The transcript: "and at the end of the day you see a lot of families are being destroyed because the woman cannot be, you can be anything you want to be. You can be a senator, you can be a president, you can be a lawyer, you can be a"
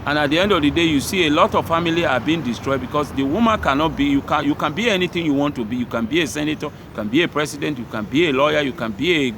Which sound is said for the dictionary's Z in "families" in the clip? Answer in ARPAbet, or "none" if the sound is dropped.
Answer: none